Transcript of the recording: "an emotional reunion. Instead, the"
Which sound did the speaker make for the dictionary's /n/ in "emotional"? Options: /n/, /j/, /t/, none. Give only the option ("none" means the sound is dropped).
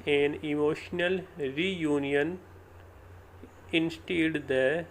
/n/